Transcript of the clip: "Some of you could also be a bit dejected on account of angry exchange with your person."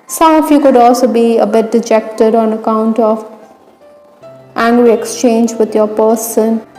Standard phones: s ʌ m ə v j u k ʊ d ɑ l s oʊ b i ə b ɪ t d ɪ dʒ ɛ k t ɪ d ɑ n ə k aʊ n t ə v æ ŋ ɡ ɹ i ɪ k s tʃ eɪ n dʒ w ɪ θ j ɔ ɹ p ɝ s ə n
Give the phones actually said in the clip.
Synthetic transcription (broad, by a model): s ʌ m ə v j u k ʊ d ɑ l s oʊ b i ə b ɪ t d ɪ dʒ ɛ k t ɪ d ɑ n ə k aʊ n t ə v æ ŋ ɡ ɹ i ɪ k s tʃ eɪ n dʒ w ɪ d j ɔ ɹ p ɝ s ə n